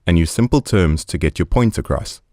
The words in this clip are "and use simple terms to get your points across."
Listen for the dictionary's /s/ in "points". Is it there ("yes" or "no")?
no